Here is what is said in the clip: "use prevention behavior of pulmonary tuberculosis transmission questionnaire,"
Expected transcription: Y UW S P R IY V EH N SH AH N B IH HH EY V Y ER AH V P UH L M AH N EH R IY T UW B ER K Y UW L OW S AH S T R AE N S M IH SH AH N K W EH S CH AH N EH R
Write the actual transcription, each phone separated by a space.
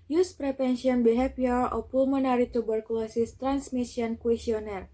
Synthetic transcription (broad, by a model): Y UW S P R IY P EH N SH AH N B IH HH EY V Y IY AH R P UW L M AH N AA R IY T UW B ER K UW L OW S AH S T R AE N S M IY S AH N K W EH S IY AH N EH R